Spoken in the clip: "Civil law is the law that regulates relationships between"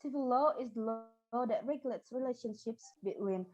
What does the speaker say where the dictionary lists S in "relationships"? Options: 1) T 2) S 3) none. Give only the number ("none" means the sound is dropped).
2